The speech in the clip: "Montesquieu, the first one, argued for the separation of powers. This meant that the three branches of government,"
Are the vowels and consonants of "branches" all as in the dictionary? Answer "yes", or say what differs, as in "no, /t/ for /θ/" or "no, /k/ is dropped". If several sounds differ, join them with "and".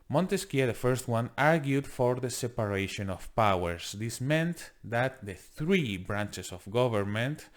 no, /s/ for /z/